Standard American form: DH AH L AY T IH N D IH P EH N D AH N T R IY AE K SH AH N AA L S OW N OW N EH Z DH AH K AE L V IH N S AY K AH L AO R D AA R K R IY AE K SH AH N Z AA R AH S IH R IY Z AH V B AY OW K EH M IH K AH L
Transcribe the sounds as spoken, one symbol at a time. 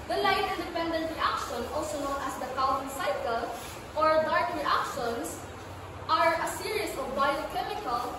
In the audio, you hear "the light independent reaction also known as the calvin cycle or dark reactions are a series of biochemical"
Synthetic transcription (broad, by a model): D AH L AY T IH N D IH P EH N D AH N T R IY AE K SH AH N AA L S OW N OW N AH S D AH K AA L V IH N S AY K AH L AO R D AA R K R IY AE K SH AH N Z AA R AH S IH R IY S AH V B AY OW K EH M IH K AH L